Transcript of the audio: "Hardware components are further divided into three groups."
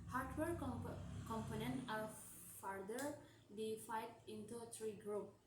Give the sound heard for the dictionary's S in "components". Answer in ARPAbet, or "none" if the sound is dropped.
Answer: none